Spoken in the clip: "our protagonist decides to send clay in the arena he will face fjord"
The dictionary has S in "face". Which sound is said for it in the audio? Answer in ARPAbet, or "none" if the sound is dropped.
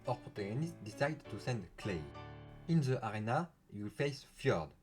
S